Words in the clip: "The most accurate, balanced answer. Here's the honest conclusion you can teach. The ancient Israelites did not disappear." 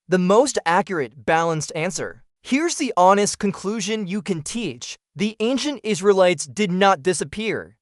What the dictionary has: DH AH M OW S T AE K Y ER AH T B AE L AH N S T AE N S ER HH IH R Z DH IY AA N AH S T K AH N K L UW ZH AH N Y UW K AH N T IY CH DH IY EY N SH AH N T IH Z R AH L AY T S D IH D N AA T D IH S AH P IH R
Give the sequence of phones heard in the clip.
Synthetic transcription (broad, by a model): DH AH M OW S T AE K Y ER AH T B AE L AH N S T AE N S ER HH IH R Z DH IY AA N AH S T K AH N K L UW ZH AH N Y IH K AH N T IY CH DH IY EY N SH AH N T IH Z R AH L AY T S D IH D N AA T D IH S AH P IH R